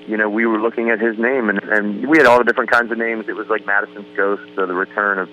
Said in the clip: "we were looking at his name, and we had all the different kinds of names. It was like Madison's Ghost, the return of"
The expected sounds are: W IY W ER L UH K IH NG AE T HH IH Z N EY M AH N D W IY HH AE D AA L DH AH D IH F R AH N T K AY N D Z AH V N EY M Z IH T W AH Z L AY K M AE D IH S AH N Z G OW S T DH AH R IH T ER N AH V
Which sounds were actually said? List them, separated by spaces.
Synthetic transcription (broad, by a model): W IY W ER L UH K IH NG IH T HH IH Z N EY M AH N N W IY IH D AA L DH AH D IH F R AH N K AY N D Z AH V N EY M Z IH T W AH Z L AY K M AE D IH S AH N Z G OW S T DH AH R IH T ER N AH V